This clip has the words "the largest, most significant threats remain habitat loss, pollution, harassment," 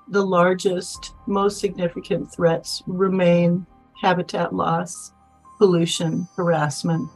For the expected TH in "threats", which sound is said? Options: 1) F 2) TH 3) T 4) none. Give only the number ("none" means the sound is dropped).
2